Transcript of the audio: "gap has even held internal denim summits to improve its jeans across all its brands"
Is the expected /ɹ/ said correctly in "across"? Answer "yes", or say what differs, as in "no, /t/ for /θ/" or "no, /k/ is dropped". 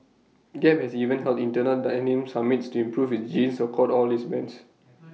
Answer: no, /ɹ/ is dropped